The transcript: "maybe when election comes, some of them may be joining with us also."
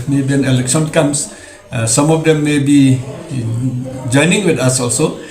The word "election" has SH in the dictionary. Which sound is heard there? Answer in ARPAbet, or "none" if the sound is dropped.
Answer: S